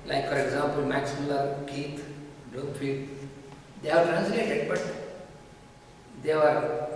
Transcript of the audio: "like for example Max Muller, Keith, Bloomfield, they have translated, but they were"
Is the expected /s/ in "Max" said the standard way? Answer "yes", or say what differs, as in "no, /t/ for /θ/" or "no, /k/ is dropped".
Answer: yes